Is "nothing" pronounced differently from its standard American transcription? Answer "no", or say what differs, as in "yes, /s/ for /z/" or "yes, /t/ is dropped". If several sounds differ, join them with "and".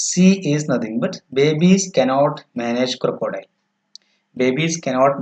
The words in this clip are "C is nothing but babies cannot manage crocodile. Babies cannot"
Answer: yes, /t/ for /θ/